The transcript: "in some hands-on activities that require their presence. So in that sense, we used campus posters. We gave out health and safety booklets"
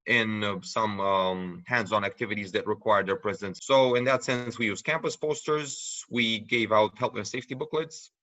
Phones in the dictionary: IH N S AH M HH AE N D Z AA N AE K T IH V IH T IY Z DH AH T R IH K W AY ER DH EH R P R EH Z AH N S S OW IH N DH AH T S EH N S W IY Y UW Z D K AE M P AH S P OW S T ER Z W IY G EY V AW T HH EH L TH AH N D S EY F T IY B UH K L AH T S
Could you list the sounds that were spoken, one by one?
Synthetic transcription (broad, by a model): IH N S AH M HH AE N D Z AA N AE K T IH V IH T IY Z DH AH T R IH K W AY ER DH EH R P R EH Z AH N S S OW IH N DH AH T S EH N S W IY Y UW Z K AE M P AH S P OW S T ER Z W IY G EY V AW T HH EH L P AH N S EY F T IY B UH K L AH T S